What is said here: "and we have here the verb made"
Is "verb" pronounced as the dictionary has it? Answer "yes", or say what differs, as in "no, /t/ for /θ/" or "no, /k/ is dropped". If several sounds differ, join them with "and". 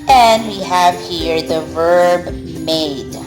yes